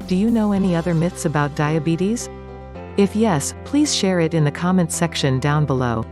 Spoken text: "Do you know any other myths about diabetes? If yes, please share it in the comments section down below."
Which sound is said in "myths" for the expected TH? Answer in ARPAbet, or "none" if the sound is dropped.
TH